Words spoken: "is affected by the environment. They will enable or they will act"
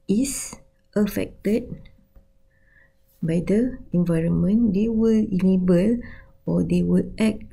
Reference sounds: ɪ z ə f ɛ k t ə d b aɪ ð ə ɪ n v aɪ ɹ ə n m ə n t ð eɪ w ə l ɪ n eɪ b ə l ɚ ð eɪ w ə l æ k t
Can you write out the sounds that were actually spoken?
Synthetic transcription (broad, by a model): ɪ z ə f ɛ k t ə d b aɪ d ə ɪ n v aɪ ɹ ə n m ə n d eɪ w ə l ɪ l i b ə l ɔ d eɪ w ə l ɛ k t